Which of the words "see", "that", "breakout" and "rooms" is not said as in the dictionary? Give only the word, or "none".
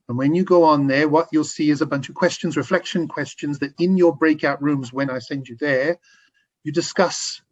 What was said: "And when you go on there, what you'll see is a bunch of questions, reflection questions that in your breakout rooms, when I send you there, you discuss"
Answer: none